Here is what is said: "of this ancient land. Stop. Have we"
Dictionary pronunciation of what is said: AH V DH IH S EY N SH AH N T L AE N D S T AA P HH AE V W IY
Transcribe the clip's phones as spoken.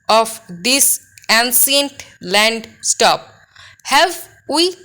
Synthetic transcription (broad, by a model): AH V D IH S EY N S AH N T L AE N D S T AA P HH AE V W IY